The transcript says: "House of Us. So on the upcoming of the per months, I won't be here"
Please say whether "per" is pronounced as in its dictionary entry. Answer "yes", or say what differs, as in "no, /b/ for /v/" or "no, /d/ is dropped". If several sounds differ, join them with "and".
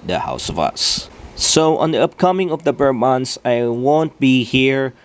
no, /b/ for /p/